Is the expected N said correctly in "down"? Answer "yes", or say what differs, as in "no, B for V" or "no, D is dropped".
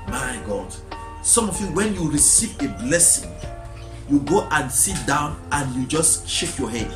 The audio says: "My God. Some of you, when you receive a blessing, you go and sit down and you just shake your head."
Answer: yes